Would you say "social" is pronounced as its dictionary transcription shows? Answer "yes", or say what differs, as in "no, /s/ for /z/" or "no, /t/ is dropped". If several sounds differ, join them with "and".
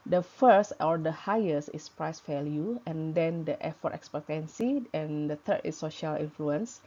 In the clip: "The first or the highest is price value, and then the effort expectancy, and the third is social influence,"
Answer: yes